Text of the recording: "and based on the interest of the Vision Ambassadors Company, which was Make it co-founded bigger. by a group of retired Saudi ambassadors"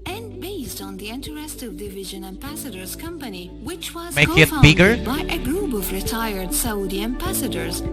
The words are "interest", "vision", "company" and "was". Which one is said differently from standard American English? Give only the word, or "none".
none